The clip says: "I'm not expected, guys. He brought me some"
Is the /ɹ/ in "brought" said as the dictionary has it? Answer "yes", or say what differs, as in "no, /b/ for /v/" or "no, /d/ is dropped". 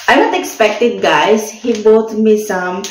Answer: no, /ɹ/ is dropped